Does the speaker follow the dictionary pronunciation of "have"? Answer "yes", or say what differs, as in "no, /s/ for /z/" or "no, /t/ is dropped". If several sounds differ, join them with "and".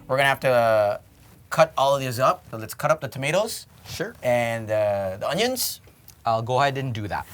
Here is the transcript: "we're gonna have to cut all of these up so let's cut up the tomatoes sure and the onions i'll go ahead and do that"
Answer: no, /f/ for /v/